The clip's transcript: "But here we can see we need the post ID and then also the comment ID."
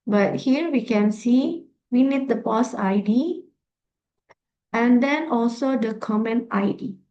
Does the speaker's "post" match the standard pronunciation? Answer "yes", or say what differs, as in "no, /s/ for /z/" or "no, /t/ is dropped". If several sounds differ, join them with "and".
no, /t/ is dropped